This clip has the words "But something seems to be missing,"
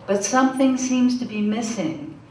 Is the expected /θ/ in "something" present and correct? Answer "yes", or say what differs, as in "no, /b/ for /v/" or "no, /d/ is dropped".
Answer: yes